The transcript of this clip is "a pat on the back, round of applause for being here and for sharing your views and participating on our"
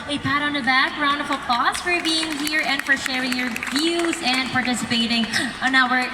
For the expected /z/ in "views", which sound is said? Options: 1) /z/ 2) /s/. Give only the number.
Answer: 1